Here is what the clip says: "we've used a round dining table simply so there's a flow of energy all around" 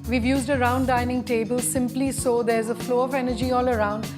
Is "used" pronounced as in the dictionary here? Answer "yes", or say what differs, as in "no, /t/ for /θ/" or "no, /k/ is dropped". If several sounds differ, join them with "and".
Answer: yes